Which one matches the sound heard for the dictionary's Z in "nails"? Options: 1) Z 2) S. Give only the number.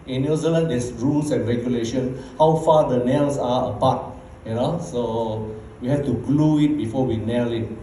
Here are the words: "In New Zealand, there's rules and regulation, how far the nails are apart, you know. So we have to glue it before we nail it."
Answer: 2